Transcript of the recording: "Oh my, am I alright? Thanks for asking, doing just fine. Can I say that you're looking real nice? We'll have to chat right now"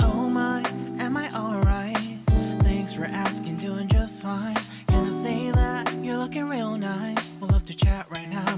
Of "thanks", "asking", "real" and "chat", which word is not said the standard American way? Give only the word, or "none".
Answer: none